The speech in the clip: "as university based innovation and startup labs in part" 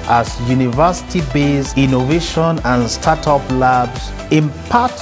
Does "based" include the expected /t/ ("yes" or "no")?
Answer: no